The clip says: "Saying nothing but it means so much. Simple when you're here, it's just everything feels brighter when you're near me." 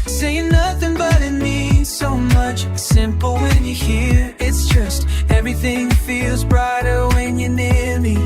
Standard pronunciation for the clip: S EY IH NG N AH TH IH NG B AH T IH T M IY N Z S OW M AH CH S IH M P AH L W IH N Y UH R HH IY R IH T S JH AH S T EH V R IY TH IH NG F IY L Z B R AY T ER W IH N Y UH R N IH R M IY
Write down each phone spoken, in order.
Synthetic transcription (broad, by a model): S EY IH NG N AH TH IH NG B AH T IH T M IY S OW M AH CH S IH M P L W IH N Y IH HH IY R IH T S JH AH S T EH V R IY TH IH NG F IY L Z B R AY T ER W IH N Y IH N IH R M IY